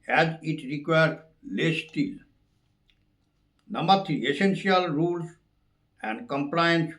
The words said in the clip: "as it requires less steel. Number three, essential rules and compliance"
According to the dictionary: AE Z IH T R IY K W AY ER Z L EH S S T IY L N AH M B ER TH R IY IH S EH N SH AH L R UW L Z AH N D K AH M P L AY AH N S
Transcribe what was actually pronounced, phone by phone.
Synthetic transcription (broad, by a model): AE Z IH T R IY K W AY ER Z L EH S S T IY L N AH M ER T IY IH S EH N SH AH L R UW L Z AH N D K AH M P L AY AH N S